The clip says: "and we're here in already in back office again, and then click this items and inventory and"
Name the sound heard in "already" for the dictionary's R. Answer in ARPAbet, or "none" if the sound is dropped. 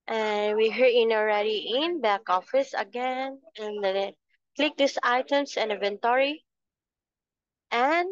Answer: R